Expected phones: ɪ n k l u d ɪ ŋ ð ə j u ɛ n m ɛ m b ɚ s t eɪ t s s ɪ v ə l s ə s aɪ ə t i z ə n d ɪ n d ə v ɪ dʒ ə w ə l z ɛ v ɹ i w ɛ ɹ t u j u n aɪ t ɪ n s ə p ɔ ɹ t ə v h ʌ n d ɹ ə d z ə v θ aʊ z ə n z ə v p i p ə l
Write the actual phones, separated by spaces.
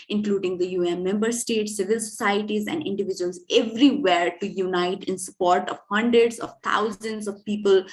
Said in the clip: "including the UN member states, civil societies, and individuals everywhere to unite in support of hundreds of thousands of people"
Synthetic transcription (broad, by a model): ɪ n k l u d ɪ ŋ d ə j u ɛ n m ɛ m b ɚ s t eɪ t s s ɪ v ə l s ə s aɪ ə t i z ə n d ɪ n d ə v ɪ dʒ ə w ə l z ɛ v ɹ i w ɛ ɹ t u j u n aɪ t ɪ n s ə p ɔ ɹ t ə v h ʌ n d ɹ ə d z ə v t aʊ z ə n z ə v p i p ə l